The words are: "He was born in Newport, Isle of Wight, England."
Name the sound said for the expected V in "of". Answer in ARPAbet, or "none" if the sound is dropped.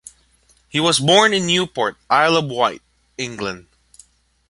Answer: B